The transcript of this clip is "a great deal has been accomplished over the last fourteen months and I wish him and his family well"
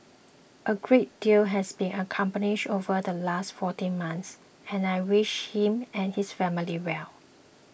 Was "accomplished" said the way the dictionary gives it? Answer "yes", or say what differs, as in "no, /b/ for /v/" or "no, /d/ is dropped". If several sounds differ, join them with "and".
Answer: no, /n/ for /l/ and /t/ is dropped